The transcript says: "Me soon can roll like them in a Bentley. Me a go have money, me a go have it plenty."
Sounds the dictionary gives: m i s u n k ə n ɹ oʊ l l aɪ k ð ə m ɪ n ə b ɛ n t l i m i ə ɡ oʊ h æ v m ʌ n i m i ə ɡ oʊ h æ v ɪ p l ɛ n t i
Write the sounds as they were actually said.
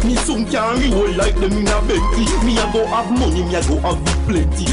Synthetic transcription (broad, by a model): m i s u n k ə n w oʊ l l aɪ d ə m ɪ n ə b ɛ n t i m i ə ɡ oʊ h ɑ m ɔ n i m i ə ɡ oʊ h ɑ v ɪ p l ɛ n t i